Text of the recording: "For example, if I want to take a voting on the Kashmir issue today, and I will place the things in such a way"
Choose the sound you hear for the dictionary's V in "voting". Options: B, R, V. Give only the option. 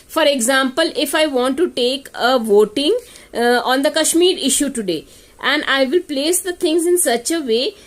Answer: V